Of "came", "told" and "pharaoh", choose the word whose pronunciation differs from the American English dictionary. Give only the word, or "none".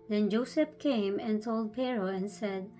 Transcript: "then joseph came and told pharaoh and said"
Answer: pharaoh